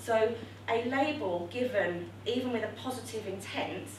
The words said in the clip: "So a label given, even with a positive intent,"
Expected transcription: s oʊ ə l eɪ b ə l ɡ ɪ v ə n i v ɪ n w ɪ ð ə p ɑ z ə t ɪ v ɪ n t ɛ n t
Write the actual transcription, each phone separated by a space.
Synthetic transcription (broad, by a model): s oʊ ə l eɪ b ə l ɡ ɪ v ə n i v ɪ n w ɪ ð ə p ɑ z ə t ɪ v ɪ n t ɛ n t